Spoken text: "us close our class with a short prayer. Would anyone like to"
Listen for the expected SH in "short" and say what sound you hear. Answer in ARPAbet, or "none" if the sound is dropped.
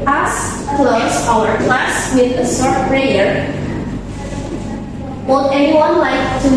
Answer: S